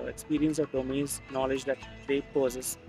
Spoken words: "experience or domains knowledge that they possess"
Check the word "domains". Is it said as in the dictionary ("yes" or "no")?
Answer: no